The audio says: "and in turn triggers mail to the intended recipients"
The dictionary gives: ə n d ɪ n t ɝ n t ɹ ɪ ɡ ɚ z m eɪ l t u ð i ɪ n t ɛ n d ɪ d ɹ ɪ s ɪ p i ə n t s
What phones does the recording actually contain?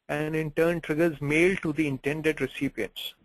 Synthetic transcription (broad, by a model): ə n d ɪ n t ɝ n t ɹ ɪ ɡ ɚ z m eɪ l t u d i ɪ n t ɛ n d ɪ d ɹ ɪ s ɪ p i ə n t s